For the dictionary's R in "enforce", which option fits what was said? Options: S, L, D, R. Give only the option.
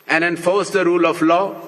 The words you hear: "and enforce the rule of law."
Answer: R